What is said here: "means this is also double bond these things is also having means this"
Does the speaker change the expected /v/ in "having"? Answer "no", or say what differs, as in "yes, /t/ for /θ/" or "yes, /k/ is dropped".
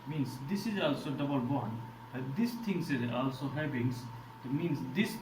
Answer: yes, /b/ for /v/